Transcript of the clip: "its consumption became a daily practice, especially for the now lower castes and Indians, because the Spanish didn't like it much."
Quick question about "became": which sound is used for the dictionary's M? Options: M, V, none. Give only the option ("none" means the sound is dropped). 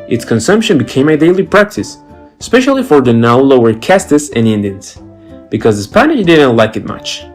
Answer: M